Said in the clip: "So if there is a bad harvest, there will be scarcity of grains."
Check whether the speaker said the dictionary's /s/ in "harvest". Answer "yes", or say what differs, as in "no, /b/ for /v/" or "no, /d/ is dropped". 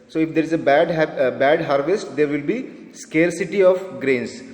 yes